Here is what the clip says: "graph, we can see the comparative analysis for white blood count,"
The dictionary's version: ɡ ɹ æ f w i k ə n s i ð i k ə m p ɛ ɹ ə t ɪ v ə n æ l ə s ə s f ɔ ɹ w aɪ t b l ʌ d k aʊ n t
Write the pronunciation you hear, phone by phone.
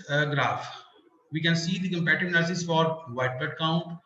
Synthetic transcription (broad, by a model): ɡ ɹ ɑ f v i k ə n s i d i k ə m p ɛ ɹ t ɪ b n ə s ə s f ɔ ɹ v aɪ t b ʌ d k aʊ n t